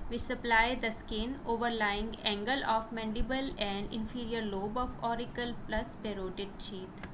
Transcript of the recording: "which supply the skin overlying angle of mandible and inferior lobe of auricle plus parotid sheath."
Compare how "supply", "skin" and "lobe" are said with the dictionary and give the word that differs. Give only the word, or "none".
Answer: none